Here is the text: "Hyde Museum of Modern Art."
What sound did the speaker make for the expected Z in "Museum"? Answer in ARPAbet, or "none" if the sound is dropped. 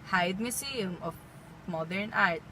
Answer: S